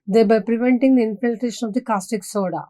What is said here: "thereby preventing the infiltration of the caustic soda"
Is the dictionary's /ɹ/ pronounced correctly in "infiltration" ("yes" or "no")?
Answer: no